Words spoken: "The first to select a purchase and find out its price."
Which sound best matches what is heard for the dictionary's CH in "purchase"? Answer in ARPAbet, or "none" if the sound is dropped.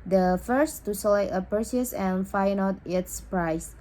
S